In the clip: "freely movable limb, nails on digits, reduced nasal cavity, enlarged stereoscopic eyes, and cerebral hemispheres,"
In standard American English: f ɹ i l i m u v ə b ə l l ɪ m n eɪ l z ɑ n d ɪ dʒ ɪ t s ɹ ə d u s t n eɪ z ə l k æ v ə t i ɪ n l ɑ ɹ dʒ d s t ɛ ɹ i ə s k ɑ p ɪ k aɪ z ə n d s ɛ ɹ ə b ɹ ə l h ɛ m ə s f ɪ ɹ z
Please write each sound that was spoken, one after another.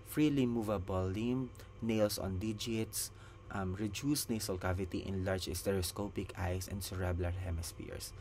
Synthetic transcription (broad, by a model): f ɹ i l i m u v ə b ə l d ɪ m n eɪ l s ɑ n d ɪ dʒ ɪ t s ɹ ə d u s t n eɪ s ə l k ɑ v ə t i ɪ n l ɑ ɹ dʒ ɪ s t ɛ ɹ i s k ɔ p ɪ k aɪ s ə n d s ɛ ɹ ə b l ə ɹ h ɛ m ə s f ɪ ɹ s